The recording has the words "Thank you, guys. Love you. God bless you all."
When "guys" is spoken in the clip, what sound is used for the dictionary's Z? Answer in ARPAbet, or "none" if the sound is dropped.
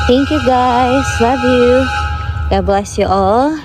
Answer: S